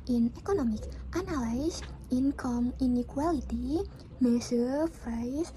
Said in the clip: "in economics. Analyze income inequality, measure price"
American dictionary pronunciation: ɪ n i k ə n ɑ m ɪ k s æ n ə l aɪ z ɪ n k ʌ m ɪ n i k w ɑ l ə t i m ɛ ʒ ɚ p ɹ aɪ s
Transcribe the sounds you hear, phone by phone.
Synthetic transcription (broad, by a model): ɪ n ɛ k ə n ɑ m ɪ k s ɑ n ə l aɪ s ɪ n k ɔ m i n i k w ɑ l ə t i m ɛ s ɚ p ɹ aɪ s